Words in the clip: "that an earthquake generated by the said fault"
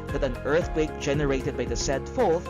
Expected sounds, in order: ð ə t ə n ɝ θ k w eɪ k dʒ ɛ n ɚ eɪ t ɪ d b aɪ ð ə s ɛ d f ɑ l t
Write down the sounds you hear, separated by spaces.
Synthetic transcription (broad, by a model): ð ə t ə n ɝ θ k w eɪ k dʒ ɛ n ɚ eɪ t ɪ d b aɪ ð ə s ɛ d f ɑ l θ